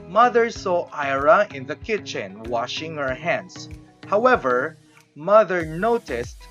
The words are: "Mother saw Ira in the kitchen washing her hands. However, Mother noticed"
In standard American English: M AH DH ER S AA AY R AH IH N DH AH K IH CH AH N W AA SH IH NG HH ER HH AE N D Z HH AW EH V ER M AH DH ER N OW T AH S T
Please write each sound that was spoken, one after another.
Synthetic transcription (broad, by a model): M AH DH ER S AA AY R AH IH N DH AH K IH CH AH N W AA SH IH NG HH ER HH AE N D S HH AW EH V ER M AH DH ER N OW T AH S T